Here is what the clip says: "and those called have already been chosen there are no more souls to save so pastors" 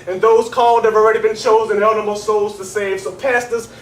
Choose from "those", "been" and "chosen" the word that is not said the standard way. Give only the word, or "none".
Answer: none